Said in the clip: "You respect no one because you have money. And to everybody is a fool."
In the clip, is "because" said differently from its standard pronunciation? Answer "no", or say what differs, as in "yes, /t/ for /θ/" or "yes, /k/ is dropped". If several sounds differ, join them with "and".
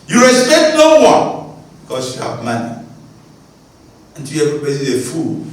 yes, /s/ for /z/